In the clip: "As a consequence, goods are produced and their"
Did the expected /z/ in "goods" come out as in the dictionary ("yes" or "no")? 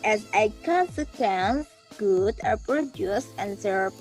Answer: no